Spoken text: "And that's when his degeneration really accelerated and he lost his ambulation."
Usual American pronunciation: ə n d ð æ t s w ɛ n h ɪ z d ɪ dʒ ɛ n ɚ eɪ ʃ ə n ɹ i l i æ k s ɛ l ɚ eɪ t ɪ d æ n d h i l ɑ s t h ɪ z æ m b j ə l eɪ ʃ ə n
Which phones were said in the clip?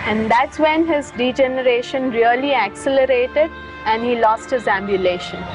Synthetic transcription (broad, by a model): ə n d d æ t s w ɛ n h ɪ z d ɪ dʒ ɛ n ɚ eɪ ʃ ə n ɹ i l i æ k s ɛ l ɚ eɪ t ɪ d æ n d h i l ɑ s t h ɪ z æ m b j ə l eɪ ʃ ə n